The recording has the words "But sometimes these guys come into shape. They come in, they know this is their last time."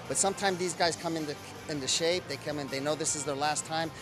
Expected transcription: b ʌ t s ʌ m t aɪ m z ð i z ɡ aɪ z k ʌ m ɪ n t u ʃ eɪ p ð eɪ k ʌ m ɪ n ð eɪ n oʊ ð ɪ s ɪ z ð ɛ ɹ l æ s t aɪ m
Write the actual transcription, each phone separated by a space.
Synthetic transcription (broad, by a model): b ʌ t s ʌ m t aɪ m z ð i z ɡ aɪ z k ʌ m ɪ n t u ʃ eɪ p ð eɪ k ʌ m ɪ n ð eɪ n oʊ ð ɪ s ɪ z ð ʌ ɹ l æ s t aɪ m